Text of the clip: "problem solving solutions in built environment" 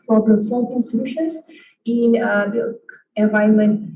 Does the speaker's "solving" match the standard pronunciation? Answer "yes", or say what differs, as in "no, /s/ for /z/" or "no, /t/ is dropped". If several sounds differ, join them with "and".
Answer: no, /f/ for /v/